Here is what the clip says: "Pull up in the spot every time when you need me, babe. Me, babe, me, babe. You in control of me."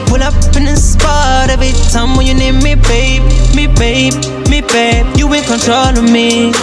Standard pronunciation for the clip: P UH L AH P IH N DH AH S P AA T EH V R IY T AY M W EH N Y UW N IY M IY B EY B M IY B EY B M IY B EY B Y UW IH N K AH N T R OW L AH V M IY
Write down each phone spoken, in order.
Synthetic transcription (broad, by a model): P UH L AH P IH N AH S P AA T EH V IY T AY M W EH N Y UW N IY M IY B EY B M IY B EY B M IY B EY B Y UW IH N K AH N T R OW L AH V M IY